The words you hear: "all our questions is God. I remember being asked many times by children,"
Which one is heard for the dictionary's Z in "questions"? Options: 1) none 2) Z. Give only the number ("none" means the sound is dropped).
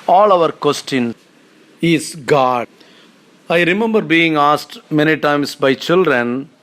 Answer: 1